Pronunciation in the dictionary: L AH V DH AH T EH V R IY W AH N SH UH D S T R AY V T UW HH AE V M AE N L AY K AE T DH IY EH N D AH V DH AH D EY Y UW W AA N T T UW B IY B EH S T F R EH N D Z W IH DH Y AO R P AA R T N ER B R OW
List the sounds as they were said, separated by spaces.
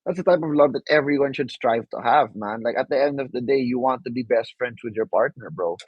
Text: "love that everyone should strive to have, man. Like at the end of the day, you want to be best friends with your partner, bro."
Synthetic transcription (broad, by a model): L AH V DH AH T EH V R IY W AH N SH UH D S T R AY V T UW HH AE V M AE N L AY K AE T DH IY EH N D AH V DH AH D EY Y UW W AA N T T UW B IY B EH S T F R EH N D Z W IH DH Y AO R P AA R T N ER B R OW